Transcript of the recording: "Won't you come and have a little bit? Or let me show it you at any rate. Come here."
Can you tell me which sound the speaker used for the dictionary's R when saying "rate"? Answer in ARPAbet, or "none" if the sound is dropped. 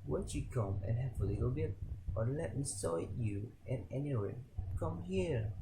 W